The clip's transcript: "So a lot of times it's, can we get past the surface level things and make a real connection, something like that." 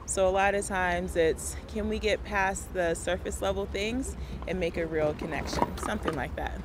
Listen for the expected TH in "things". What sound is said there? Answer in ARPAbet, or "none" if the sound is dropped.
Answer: TH